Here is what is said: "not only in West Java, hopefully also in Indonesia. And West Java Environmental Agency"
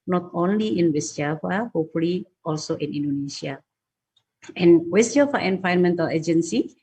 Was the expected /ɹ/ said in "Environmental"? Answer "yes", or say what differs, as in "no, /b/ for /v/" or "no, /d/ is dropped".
no, /ɹ/ is dropped